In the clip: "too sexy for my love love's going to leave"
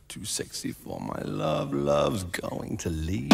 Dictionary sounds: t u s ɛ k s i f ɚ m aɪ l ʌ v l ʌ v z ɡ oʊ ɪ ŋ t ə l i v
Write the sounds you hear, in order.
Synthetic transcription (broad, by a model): t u s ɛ k s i f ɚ m aɪ l ʌ v l ʌ v z ɡ oʊ ɪ ŋ t ə l i